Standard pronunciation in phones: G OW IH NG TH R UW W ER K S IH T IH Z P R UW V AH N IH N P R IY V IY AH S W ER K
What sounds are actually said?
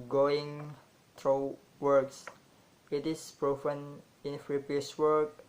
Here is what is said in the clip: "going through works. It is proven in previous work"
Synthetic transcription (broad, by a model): G OW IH NG T R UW W ER K S IH T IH S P R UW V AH N IH N F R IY P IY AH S W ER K